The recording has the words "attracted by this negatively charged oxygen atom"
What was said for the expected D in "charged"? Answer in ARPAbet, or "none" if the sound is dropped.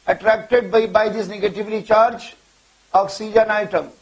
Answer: none